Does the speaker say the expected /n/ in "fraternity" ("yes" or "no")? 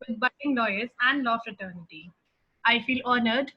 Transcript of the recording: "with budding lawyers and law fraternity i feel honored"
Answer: yes